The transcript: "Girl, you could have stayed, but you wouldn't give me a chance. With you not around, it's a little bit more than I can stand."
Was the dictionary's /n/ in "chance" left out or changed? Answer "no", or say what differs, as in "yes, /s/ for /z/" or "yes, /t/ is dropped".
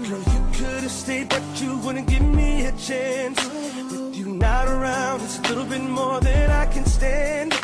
no